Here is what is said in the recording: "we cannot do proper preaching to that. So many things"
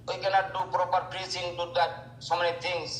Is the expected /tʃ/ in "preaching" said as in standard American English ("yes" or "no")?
no